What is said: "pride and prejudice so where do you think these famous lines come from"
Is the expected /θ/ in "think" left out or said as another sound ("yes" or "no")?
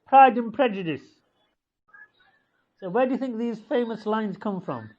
no